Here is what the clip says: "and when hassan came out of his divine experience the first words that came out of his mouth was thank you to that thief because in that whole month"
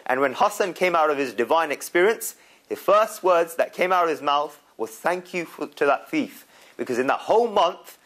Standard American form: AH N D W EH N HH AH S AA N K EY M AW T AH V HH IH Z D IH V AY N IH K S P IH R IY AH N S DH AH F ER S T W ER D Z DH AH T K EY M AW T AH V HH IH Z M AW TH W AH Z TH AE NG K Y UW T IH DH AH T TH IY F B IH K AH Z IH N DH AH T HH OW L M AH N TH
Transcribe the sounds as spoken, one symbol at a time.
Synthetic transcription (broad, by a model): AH N W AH N HH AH S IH N K EY M AW T AH V IH Z D IH V AY N IH K S P IH R IY AH N S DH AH F ER S T W ER D Z DH AH T K EY M AW T AH V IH Z M AW TH W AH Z TH AE NG K Y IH T IH DH AH T TH IY F B IH K AH Z IH N DH AH T HH OW L M AH N TH